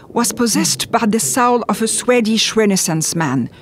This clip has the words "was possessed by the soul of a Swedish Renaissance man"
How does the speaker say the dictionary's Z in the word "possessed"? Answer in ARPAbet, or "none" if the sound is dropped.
Z